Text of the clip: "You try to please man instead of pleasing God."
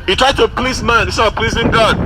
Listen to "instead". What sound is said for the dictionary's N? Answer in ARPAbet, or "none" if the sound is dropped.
none